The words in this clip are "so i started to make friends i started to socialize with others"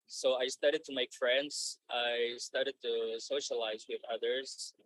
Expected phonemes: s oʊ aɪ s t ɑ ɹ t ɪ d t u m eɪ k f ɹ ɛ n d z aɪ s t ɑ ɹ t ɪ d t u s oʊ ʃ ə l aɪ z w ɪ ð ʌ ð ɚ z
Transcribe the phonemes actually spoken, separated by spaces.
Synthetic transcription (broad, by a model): s oʊ aɪ s t ɑ ɹ t ɪ d t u m eɪ k f ɹ ɛ n d z aɪ s t ɑ ɹ t ɪ d t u s oʊ ʃ ə l aɪ z w ɪ ð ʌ ð ɚ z